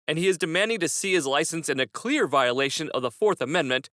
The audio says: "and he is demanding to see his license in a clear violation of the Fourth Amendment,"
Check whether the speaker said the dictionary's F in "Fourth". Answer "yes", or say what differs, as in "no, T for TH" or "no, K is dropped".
yes